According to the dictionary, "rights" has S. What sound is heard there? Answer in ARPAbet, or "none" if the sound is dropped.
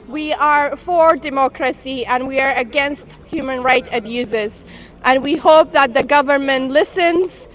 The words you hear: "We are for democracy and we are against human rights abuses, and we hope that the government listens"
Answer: none